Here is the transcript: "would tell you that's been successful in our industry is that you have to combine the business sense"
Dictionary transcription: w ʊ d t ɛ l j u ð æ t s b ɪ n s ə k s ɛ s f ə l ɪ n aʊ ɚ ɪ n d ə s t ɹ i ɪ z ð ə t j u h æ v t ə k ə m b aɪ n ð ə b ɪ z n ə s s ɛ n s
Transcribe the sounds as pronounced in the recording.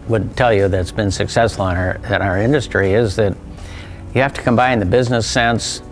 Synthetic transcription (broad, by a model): w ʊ d t ɛ l j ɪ ð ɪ t s b ɪ n s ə k s ɛ s f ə n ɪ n aʊ ɚ ɪ n d ə s t ɹ i ɪ z ð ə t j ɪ h æ f t ə k ə m b aɪ n ð ə b ɪ z n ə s s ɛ n s